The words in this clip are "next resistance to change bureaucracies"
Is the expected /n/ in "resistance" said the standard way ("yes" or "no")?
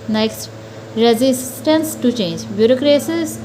yes